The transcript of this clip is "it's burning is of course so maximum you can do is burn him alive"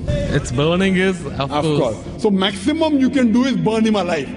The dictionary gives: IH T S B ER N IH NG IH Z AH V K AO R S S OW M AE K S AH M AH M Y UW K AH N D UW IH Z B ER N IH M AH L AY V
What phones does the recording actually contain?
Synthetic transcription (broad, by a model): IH T S B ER N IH NG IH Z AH F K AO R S S OW M AE K S AH M AH M Y UW K AH N D UW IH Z B ER N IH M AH L AY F